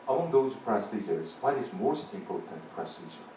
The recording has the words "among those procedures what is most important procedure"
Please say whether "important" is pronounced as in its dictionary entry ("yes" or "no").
no